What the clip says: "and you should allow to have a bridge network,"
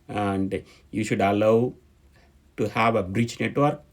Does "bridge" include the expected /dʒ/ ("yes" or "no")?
no